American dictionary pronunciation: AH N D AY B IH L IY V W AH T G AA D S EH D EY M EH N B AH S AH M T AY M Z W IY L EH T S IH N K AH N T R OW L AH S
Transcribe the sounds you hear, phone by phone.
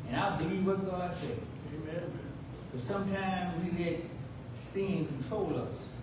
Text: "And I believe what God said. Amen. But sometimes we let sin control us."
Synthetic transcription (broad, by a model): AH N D AY B IH L IY V W AH T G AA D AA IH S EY EH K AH S AH M T AY M Z W IY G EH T S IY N K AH N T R OW L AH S